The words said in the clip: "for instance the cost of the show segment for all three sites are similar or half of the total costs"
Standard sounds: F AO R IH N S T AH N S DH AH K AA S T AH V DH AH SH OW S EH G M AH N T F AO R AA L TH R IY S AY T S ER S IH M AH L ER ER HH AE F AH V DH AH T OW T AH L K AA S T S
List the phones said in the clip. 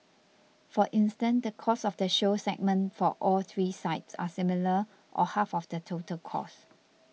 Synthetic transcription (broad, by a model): F AO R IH N S T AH N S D AH K AA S AH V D AH SH OW S EH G M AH N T F AO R AA L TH R IY S AY T S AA S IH M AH L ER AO HH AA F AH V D AH T OW T AH L K AA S S